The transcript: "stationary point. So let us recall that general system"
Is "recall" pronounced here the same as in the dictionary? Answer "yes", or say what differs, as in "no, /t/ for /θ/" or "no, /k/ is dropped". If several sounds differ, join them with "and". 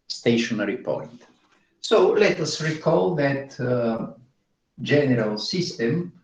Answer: yes